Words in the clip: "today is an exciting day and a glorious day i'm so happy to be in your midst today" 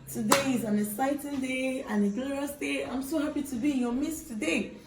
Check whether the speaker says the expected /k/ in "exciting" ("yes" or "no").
no